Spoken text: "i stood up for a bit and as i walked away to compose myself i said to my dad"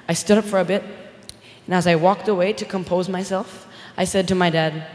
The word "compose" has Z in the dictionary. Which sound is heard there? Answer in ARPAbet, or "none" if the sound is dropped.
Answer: Z